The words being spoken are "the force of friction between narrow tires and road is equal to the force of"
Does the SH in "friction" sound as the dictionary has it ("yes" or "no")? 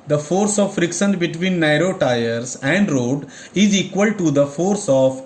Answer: no